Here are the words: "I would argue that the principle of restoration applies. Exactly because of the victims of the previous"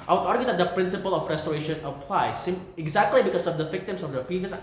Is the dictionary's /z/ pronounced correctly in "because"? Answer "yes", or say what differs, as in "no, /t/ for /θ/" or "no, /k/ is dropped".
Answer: no, /s/ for /z/